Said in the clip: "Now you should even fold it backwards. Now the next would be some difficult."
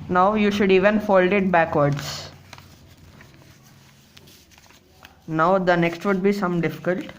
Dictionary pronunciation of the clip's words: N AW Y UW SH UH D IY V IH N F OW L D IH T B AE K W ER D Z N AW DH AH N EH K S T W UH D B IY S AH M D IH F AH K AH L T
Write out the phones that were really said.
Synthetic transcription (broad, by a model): N AW Y UW SH UH D IY V IH N F OW L D IH T B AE K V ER D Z N AW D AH N EH K S T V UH D B IY S AH M D IH F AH K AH L T